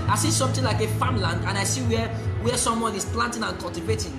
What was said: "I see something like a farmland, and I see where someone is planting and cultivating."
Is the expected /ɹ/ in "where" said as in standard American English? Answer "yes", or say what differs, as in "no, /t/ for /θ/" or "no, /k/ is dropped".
no, /w/ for /ɹ/